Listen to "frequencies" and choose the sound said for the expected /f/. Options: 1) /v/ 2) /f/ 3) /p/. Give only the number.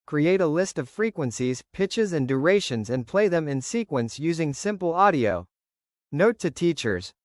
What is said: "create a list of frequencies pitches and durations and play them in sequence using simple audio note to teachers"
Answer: 2